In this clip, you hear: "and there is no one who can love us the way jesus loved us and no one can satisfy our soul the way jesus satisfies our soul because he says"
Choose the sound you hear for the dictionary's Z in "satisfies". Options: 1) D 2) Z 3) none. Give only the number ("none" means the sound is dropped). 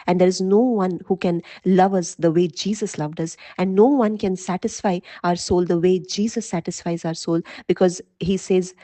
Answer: 2